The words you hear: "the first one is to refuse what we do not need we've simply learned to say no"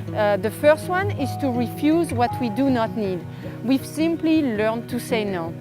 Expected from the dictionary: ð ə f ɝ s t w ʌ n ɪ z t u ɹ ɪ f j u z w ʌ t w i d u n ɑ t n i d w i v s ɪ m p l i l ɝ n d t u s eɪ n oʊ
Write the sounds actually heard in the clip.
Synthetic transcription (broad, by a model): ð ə f ɝ s t w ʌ n ɪ z t u ɹ ɪ f j u z w ʌ t w i d u n ɑ t n i d w i v s ɪ m p l i l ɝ n t u s eɪ n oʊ